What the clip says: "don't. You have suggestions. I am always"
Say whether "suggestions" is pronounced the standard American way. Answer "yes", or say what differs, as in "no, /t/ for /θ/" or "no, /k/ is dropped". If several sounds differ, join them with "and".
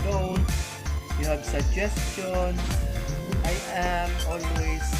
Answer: no, /z/ is dropped